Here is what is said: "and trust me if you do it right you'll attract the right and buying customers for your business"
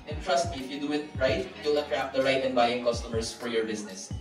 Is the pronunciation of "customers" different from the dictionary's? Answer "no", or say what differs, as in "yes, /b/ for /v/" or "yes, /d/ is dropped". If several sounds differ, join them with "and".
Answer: yes, /s/ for /z/